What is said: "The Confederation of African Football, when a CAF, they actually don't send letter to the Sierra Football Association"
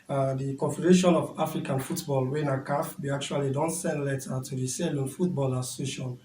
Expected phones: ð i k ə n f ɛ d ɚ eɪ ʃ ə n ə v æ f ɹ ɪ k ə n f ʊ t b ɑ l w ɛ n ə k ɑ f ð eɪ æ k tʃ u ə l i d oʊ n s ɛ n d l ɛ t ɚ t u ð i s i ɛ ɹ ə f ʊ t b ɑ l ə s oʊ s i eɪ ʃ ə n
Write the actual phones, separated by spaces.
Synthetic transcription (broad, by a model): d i k ə n f ɛ d ɚ eɪ ʃ ə n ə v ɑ f ɹ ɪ k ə n f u t b ɑ l w ɛ n ə k ɑ f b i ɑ k tʃ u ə l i d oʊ n s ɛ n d l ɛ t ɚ t u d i s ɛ l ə f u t b ɑ l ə s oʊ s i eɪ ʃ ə n